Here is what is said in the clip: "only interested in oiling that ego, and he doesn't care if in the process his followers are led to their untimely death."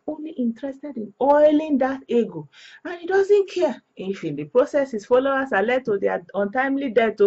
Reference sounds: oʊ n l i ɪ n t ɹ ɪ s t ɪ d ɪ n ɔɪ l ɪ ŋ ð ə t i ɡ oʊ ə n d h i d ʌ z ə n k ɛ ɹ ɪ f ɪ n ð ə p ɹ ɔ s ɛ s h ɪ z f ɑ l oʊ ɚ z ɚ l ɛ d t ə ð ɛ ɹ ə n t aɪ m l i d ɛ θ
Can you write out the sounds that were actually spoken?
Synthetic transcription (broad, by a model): oʊ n l i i n t ɹ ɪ s t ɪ d ɪ n ɔɪ l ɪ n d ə t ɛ ɡ oʊ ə n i d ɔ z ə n k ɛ ɪ f ɪ n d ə p ɹ ɔ s ɛ s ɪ s f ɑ l oʊ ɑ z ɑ l ɛ d t ə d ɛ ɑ ə n t aɪ m l i d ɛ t